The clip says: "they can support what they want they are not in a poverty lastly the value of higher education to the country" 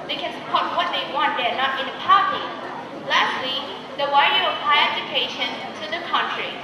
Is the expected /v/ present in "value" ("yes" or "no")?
no